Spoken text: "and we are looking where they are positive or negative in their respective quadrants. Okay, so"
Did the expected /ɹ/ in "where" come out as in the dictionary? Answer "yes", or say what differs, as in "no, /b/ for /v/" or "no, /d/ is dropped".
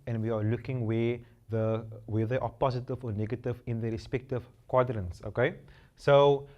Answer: no, /w/ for /ɹ/